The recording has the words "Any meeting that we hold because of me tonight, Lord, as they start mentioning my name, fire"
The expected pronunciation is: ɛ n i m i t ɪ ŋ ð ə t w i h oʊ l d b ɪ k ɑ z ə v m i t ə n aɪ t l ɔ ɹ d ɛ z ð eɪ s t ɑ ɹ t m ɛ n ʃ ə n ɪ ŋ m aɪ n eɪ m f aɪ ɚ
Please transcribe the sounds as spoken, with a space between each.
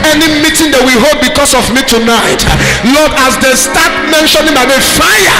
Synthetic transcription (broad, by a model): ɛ n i m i t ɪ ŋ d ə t w i h oʊ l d b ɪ k ɑ s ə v m i t ə n aɪ t l ɔ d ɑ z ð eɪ s t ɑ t m ɛ n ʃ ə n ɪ m aɪ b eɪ f aɪ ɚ